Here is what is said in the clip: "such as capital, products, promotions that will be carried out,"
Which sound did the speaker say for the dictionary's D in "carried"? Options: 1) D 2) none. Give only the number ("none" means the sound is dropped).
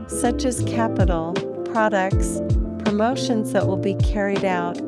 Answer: 1